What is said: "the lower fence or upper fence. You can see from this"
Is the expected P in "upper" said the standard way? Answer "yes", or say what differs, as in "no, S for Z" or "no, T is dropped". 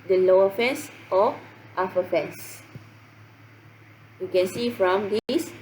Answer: no, F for P